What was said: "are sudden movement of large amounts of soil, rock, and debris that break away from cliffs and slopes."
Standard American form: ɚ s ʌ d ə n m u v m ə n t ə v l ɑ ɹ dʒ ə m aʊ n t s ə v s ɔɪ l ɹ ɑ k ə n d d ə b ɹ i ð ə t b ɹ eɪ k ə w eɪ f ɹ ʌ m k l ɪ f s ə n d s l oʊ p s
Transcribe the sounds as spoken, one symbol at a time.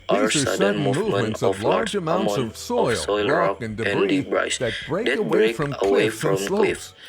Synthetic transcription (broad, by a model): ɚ s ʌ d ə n m u v m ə n t ə v l ɑ ɹ dʒ ə m aʊ n t s ə v s ɔɪ l w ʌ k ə n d d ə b ɹ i ð ə t b ɹ eɪ k ə w eɪ f ɹ ʌ m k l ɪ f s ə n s l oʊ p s